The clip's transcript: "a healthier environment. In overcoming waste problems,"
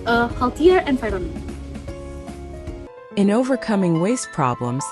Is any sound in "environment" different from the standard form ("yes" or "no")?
yes